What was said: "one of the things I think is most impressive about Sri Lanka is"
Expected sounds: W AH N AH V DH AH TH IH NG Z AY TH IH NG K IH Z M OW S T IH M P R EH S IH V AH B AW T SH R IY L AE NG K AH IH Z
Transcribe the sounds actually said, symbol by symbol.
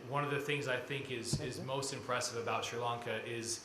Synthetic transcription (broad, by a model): W AH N AH V DH AH TH IH NG Z AY TH IH NG K IH Z M OW S T IH M P R EH S IH V AH B AW T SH R L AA NG K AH IH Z